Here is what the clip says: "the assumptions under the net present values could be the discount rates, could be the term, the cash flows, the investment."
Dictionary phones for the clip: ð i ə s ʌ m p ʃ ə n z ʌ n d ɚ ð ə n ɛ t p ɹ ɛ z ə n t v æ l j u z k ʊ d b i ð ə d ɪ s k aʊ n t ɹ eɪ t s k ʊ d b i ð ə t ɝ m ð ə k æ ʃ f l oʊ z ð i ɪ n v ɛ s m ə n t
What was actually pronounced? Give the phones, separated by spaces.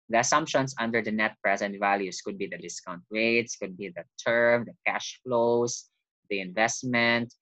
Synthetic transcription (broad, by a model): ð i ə s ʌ m p ʃ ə n s ʌ n d ɚ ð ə n ɛ t p ɹ ɛ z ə n t v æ l j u s k ʊ d b i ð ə d ɪ s k aʊ n t ɹ eɪ t s k ʊ d b i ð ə t ɝ m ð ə k æ ʃ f l oʊ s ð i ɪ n v ɛ s m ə n t